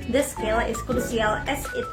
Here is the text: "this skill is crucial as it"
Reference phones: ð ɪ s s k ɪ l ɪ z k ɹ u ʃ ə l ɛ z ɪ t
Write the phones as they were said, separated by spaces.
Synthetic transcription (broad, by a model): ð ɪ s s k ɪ l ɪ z k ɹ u s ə l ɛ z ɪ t